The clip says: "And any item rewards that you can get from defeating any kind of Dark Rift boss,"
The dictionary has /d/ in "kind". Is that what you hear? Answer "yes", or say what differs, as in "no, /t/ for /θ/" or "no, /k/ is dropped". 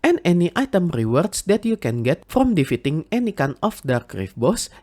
no, /d/ is dropped